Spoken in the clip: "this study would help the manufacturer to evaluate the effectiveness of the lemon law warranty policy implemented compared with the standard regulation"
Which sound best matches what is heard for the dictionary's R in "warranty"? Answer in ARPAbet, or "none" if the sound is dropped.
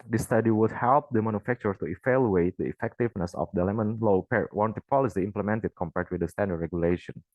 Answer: W